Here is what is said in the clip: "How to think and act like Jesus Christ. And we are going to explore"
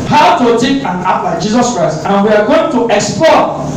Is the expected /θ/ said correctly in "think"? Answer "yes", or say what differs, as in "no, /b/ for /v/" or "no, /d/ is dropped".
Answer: no, /t/ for /θ/